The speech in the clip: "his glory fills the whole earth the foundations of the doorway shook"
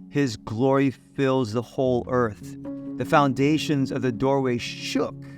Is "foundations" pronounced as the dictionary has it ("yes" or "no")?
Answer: yes